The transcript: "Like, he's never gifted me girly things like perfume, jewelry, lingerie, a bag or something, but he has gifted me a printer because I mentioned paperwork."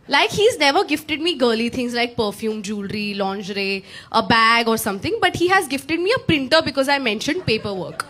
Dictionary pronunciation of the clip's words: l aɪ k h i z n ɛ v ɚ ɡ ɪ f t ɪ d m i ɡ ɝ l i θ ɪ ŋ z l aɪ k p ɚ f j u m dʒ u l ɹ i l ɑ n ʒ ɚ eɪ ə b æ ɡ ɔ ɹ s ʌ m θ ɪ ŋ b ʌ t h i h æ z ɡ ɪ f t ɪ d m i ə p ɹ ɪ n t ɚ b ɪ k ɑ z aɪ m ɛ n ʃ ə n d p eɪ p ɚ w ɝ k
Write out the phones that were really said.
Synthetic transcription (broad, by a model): l aɪ k h i z n ɛ v ɚ ɡ ɪ f t ɪ d m i ɡ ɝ l i t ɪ ŋ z l aɪ k p ɚ f j u m dʒ u l ɹ i l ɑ n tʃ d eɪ ə b æ ɡ ɔ ɹ s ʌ m t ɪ ŋ b ʌ t h i h æ z ɡ ɪ f t ɪ d m i ə p ɹ ɪ n t ɚ b ɪ k ɑ z aɪ m ɛ n ʃ ə n d p eɪ p ɚ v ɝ k